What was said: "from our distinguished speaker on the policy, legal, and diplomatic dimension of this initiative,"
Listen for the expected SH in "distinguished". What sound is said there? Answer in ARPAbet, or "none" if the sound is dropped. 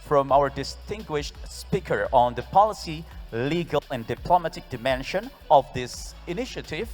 SH